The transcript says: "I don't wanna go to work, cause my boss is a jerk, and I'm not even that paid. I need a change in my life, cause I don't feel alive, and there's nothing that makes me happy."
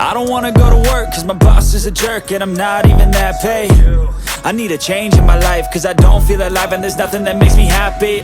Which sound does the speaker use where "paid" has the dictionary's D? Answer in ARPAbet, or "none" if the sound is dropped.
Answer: none